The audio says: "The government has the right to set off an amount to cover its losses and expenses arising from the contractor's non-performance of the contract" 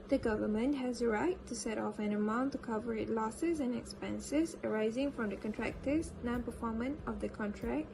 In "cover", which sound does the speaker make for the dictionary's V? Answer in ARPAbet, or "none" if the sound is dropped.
V